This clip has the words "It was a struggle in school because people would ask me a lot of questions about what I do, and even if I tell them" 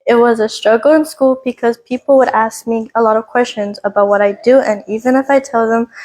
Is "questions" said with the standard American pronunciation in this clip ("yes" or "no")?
yes